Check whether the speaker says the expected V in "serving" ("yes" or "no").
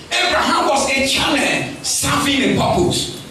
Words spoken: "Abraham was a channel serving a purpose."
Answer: no